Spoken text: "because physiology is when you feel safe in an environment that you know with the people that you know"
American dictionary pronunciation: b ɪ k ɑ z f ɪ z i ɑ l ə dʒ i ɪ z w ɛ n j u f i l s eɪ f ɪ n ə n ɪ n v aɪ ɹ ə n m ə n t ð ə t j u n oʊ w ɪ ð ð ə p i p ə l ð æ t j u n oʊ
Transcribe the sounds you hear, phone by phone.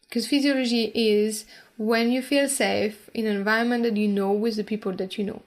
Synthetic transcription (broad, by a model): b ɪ k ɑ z f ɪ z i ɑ l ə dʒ i ɪ z w ɛ n j u f i l s eɪ ɪ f ə n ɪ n v aɪ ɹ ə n m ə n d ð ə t j u n oʊ w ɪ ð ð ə p i p ə l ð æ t j u n oʊ